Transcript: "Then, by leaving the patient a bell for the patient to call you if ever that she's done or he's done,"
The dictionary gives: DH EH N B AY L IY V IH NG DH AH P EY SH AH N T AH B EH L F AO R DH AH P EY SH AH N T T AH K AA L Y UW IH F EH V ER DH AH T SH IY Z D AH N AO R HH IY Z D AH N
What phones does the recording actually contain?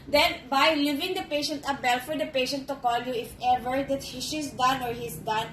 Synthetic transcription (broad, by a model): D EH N B AY L IY V IH NG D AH P EY SH AH N T AH B EH L F AO R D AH P EY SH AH N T T AH K AA L Y UW IH F EH V ER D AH T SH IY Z D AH N AO R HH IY S D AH N